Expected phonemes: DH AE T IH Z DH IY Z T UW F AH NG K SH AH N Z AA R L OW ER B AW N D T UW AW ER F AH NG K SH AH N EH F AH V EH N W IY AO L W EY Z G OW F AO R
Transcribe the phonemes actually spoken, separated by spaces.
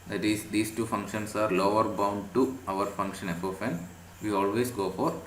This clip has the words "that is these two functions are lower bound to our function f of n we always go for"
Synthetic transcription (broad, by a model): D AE T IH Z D IY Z T UW F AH NG K SH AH N S AA R L OW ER B AW N D T UW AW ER F AH NG K SH AH N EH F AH F EH N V IY AO L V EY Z G OW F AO R